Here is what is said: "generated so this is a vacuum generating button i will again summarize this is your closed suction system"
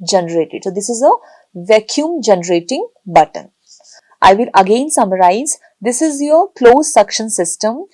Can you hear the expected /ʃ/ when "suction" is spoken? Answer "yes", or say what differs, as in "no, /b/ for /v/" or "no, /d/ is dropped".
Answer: yes